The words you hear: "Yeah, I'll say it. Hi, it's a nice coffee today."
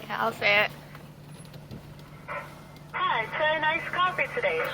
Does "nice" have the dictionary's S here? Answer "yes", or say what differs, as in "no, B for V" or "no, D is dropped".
yes